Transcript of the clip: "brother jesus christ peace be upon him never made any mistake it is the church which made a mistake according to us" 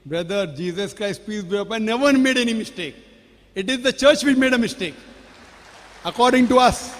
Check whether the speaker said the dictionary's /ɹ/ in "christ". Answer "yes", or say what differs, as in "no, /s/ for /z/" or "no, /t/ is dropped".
yes